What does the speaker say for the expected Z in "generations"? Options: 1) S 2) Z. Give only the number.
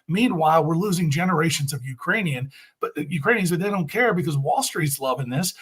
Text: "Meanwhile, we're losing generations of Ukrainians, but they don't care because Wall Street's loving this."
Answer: 2